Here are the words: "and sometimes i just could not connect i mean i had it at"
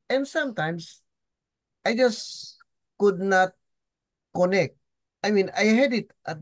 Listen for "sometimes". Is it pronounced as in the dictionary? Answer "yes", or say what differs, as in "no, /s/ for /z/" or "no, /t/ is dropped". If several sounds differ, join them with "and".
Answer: no, /s/ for /z/